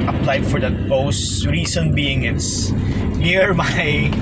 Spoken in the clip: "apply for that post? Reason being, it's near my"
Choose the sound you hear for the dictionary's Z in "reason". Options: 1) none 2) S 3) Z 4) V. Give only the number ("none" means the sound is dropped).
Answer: 2